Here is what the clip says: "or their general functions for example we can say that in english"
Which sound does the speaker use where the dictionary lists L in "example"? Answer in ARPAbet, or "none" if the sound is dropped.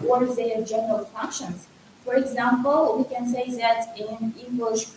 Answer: L